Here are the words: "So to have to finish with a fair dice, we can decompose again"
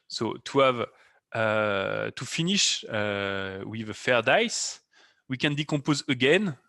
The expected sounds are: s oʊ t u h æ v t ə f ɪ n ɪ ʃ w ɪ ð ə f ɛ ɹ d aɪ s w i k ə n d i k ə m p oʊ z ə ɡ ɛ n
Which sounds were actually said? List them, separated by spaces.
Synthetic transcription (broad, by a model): s oʊ t u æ v t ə f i n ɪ ʃ w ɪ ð ə f ɛ ɹ d aɪ s w i k ə n d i k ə p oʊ z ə ɡ ɛ n